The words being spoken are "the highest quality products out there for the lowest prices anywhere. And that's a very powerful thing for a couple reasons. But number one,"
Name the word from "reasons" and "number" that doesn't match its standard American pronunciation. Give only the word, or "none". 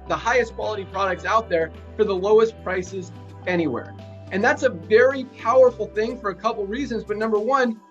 none